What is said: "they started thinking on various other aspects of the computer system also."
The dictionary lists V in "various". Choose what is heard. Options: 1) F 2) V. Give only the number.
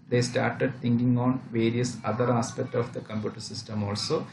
2